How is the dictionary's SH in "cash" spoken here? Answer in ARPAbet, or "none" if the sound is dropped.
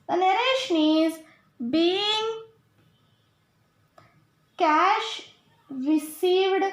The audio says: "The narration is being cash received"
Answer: SH